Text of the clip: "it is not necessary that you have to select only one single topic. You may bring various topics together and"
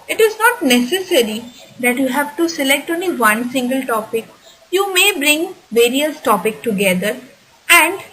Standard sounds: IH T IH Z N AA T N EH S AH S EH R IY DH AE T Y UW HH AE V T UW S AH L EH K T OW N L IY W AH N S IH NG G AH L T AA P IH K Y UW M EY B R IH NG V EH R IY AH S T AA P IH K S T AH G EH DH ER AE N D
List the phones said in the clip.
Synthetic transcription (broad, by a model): IH T IH Z N AA T N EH S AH S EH R IY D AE T Y UW HH AE V T UW S AH L EH K T OW N L IY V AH N S IH NG G AH L T AA P IH K Y UW M EY B R IH NG V EH R IY AH S T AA P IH K T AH G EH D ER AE N D